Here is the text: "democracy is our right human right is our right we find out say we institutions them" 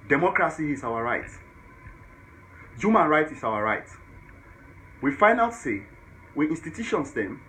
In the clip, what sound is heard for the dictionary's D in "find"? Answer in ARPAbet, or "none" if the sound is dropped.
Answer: none